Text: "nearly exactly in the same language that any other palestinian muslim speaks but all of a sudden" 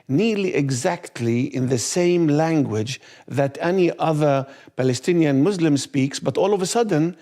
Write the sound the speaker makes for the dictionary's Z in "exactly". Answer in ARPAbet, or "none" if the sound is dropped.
Z